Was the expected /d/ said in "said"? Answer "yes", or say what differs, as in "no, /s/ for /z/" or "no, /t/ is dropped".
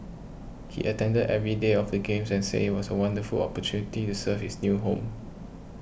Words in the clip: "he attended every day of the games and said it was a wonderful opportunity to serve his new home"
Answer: no, /d/ is dropped